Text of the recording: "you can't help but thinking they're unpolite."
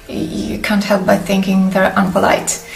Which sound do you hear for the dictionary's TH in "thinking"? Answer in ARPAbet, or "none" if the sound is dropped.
TH